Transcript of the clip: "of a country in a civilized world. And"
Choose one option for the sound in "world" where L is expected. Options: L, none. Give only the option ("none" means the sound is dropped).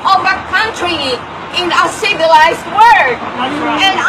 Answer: none